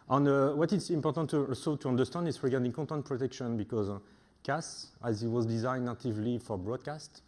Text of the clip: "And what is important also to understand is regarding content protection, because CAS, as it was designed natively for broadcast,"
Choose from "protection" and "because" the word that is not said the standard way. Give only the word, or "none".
none